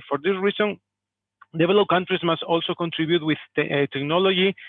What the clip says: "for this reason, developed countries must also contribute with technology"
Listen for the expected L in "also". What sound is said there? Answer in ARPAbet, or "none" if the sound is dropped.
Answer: L